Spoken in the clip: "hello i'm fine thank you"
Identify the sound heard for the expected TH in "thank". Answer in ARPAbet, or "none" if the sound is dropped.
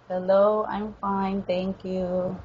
T